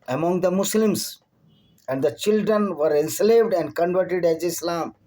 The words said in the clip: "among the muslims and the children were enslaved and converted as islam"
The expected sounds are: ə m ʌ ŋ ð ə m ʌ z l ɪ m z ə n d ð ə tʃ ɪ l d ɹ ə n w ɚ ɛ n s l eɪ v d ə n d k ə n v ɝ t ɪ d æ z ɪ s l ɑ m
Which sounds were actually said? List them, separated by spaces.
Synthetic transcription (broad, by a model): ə m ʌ ŋ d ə m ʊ s l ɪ m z ə n d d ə tʃ ɪ l d ɹ ə n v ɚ ɛ n s l eɪ v d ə n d k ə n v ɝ t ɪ d æ z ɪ s l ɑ m